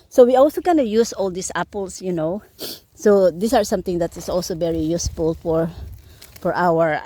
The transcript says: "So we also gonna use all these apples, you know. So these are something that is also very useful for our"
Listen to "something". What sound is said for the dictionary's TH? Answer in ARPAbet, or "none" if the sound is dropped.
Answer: T